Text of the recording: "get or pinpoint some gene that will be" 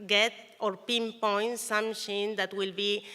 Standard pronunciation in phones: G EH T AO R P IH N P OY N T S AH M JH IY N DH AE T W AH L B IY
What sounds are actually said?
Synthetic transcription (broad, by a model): G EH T AO R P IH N P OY N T S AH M SH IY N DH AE T W AH L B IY